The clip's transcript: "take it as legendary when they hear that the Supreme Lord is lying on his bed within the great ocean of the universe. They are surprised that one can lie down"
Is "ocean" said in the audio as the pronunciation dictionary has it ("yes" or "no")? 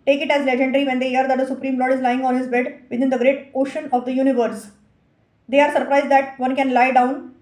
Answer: yes